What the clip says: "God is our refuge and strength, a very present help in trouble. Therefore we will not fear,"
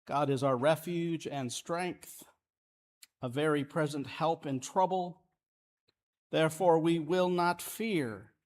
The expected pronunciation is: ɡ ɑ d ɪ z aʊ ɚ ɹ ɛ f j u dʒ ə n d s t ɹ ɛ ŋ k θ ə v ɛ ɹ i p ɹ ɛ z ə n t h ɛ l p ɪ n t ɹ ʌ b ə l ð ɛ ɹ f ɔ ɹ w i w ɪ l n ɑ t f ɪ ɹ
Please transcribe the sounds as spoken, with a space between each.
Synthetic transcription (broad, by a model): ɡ ɑ d ɪ z aʊ ɚ ɹ ɛ f j u dʒ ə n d s t ɹ ɛ ŋ k θ ə v ɛ ɹ i p ɹ ɛ z ə n t h ɛ l p ɪ n t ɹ ʌ b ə l ð ɛ ɹ f ɔ ɹ w i w ɪ l n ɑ t f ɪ ɹ